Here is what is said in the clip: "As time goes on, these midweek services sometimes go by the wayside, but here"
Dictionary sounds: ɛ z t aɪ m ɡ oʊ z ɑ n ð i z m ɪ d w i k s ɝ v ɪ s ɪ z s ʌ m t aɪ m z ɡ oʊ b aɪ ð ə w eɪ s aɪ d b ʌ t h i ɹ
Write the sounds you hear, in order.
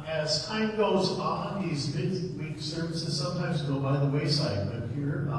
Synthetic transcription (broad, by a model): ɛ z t aɪ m ɡ oʊ z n ð i z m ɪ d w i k s ɝ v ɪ s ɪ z s ʌ m t aɪ m z ɡ oʊ b aɪ ð ə w eɪ s aɪ d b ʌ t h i ɹ